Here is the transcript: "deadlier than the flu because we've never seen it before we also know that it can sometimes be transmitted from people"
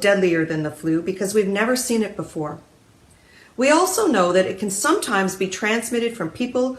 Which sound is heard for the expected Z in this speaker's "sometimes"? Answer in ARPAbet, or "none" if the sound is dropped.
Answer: Z